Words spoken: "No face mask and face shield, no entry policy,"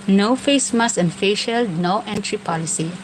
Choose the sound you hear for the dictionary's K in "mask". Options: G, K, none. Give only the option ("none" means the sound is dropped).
none